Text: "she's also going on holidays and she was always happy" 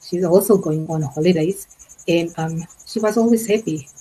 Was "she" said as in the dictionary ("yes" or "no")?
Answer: yes